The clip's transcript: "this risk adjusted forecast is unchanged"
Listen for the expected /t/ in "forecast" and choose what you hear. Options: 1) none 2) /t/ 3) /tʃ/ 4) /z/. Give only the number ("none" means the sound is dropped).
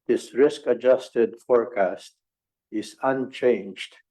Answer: 2